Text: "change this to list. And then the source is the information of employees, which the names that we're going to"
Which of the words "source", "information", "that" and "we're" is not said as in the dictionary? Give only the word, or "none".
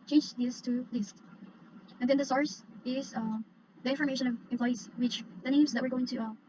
none